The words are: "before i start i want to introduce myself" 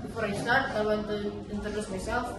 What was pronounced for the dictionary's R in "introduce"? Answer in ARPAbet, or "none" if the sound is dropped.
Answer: none